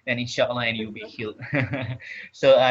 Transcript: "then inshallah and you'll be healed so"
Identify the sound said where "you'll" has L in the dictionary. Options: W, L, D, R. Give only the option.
W